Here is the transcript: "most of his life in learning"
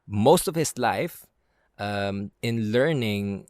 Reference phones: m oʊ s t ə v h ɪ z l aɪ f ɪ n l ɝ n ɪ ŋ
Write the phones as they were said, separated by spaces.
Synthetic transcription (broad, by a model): m oʊ s t ə v h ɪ s l aɪ f ɪ n l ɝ n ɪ ŋ